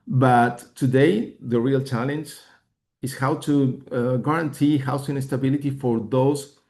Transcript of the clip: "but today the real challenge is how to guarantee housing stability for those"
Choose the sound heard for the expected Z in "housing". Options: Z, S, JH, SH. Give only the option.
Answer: S